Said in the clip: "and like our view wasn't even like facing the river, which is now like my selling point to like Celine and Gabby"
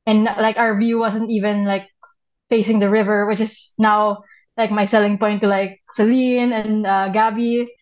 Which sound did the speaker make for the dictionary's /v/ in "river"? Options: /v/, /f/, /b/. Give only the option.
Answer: /v/